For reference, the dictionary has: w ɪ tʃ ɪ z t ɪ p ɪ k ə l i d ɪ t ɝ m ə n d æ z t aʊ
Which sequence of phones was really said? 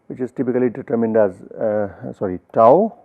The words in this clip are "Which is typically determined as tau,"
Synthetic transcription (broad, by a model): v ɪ tʃ ɪ z t ɪ p ɪ k ə l i d ɪ t ɝ m ə n d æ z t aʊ